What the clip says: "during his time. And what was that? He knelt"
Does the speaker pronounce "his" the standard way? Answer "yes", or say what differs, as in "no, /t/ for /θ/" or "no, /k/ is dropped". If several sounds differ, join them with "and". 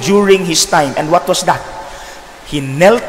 no, /s/ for /z/